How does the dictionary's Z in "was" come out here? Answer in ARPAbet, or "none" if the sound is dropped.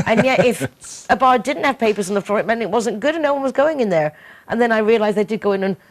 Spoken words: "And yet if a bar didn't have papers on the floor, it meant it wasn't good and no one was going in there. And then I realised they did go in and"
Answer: Z